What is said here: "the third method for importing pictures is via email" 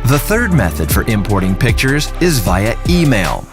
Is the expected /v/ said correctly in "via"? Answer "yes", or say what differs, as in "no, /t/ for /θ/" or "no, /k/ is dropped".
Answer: yes